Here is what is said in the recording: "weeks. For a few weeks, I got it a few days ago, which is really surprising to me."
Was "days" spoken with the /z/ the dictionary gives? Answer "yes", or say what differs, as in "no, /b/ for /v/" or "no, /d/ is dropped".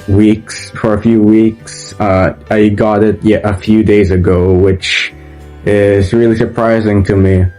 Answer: yes